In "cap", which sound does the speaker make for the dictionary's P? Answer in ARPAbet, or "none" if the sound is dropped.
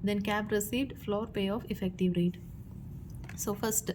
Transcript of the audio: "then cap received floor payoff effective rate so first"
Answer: B